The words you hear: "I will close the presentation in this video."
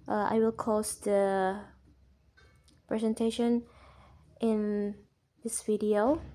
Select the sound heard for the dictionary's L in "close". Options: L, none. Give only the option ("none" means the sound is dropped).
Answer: none